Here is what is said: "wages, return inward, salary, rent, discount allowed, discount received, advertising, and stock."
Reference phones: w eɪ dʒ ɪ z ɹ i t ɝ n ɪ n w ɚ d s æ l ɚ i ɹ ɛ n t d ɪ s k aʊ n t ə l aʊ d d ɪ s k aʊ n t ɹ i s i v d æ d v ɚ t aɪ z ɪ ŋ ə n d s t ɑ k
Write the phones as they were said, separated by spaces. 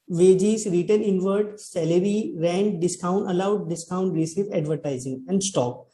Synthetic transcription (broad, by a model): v eɪ dʒ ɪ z ɹ i t ɝ n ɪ n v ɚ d s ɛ l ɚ i ɹ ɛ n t d ɪ s k aʊ n t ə l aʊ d d ɪ s k aʊ n t ɹ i s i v ɛ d v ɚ t aɪ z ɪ ŋ ə n d s t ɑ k